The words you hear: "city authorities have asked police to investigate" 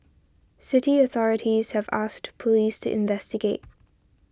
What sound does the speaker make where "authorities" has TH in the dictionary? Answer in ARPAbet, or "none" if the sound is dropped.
TH